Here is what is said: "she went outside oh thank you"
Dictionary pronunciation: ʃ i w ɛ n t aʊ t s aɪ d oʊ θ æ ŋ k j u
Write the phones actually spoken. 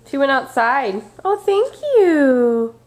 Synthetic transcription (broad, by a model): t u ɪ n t aʊ t s aɪ d oʊ θ æ ŋ k j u